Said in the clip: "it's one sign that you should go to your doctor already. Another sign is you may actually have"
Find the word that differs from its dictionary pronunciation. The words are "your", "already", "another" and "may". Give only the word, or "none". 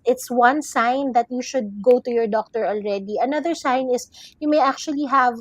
none